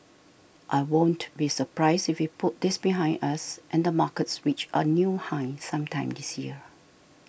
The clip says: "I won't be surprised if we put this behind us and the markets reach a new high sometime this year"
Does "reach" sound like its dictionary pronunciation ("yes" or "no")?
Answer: no